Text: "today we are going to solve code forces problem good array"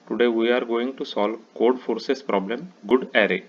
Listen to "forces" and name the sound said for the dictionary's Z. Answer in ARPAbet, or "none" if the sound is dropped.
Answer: S